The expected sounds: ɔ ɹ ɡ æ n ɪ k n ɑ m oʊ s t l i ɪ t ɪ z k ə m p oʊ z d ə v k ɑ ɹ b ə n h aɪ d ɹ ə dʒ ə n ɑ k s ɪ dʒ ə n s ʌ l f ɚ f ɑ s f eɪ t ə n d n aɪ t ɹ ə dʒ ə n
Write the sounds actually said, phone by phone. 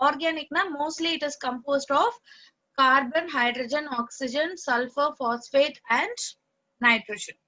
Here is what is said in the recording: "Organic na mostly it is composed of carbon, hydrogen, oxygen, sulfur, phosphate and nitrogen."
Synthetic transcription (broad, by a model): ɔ ɹ ɡ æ n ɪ k n ɑ m oʊ s t l i ɪ t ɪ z k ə m p oʊ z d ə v k ɑ ɹ b ə n h aɪ d ɹ ə dʒ ə n ɑ k s ɪ dʒ ə n s ʌ l f ɚ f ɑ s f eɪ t ə n d n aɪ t ɹ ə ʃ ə n